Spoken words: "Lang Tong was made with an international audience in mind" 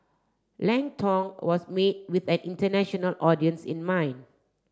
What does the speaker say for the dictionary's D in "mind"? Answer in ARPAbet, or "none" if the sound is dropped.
none